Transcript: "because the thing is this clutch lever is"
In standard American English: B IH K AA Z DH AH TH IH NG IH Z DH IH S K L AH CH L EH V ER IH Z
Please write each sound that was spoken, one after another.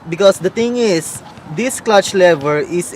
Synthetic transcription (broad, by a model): B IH K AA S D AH T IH NG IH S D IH S K L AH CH L EH V ER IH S